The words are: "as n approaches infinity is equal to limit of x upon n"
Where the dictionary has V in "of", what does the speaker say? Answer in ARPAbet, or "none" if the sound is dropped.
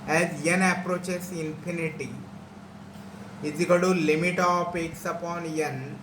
P